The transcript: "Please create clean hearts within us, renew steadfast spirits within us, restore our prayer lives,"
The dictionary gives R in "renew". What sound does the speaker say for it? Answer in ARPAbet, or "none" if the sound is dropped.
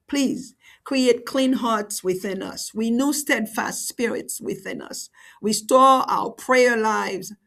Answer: W